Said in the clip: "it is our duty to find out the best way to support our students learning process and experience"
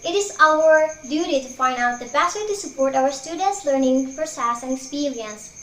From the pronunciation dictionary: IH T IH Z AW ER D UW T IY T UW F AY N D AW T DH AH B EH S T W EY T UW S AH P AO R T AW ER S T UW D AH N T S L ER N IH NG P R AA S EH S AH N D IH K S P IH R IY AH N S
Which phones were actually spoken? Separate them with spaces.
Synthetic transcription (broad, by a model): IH T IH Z AW ER D UW T IY T UW F AY N D AW T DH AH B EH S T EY T UW S AH P AO R T AW ER S T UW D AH N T S L ER N IH NG F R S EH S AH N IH K S P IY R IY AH N S